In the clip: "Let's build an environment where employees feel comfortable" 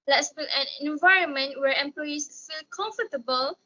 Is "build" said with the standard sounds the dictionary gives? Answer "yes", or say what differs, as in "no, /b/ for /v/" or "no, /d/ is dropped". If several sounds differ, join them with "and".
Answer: no, /d/ is dropped